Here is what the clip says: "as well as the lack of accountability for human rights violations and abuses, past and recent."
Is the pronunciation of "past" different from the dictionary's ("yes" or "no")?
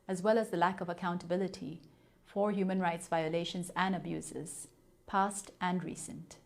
no